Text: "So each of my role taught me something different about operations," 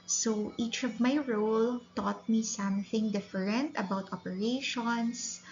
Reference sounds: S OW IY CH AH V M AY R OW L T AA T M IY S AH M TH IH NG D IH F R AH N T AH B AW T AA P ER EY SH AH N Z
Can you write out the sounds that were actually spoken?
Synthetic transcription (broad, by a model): S OW IY CH AH V M AY R OW L T AA T M IY S AH M TH IH NG D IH F R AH N T AH B AW T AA P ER EY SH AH N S